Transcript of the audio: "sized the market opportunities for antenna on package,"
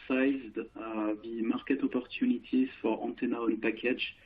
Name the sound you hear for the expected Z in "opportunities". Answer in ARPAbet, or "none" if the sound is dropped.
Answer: none